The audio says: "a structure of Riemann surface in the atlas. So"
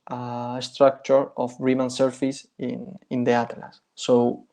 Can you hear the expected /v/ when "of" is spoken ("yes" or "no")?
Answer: no